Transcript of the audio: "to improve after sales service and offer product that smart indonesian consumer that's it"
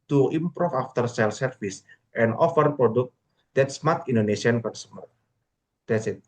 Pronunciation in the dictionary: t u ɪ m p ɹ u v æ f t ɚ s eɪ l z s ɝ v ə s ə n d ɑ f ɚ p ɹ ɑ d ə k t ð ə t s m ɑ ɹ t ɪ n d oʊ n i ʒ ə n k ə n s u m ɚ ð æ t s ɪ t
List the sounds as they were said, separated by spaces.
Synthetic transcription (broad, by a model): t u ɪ m p ɹ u f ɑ f t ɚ s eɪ l s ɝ f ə s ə n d ɑ f ɚ p ɹ ɑ d ə k t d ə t s m ɑ ɹ t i n d oʊ n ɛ s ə n k ə n s u m ɚ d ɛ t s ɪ t